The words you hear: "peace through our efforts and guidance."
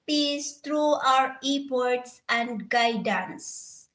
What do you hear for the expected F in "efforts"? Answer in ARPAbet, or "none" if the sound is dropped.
P